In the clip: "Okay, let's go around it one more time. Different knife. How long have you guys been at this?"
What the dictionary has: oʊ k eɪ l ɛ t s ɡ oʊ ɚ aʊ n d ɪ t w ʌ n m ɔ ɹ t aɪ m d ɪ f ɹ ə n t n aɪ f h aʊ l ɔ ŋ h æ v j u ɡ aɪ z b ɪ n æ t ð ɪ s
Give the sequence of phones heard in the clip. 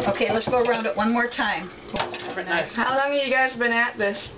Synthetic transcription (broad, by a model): oʊ k eɪ l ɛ t s ɡ oʊ ɚ aʊ n d ɪ t w ʌ n m ɔ ɹ t aɪ m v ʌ ɹ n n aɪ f h aʊ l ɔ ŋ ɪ j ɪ ɡ aɪ z b ɪ n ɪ t ð ɪ s